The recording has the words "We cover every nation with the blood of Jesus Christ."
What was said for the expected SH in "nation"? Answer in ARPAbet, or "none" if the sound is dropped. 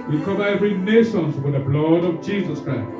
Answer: S